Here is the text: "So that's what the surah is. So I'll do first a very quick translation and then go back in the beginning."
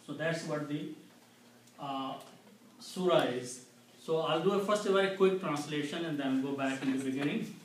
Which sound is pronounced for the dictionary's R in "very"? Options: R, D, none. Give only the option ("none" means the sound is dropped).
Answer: none